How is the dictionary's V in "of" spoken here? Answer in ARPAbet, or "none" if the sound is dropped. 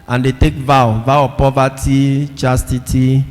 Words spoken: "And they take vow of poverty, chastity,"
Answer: W